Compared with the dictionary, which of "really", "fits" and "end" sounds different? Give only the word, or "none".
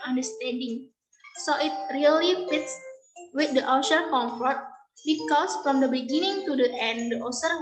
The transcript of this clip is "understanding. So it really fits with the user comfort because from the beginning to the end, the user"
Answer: none